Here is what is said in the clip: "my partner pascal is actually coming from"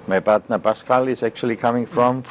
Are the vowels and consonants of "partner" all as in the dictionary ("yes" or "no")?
no